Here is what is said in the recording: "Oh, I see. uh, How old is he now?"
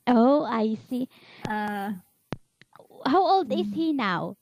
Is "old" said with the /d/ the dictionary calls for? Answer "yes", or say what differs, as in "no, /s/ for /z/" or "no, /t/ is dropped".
yes